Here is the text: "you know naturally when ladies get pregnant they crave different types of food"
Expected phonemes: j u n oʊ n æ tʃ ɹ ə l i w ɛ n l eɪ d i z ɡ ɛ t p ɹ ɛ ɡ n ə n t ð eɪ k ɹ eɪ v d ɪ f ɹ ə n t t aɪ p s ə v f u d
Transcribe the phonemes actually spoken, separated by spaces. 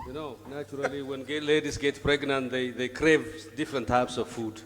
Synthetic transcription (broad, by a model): j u n oʊ n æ tʃ ɹ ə l i w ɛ n l eɪ d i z ɡ ɛ t p ɹ ɛ ɡ n ə n t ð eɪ k ɹ eɪ v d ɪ f ɹ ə n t t aɪ p s ə v f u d